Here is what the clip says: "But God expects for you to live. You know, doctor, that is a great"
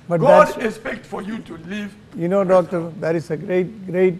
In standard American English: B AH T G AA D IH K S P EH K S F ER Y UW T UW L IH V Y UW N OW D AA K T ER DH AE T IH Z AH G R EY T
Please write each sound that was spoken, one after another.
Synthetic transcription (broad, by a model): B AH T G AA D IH S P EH K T F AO Y UW T UW L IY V Y UW N OW D AA K T ER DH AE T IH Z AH G R EY T